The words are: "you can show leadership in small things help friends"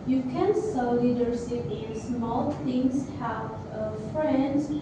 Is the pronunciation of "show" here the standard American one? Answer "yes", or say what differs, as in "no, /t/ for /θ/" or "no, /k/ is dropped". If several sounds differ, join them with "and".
no, /s/ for /ʃ/